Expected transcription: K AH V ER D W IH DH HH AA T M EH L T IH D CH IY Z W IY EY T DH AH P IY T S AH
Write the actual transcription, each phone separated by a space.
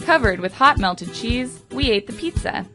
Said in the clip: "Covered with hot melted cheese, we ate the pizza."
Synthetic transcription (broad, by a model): K AH V ER D W IH DH HH AA T M EH L T IH D CH IY Z W IY EY T DH AH P IY T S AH